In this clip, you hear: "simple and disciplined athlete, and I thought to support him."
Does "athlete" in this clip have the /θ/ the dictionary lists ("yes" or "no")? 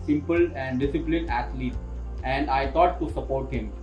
no